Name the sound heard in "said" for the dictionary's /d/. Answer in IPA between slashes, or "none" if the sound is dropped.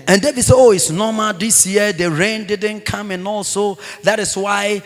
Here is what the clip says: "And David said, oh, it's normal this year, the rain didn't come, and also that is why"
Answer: none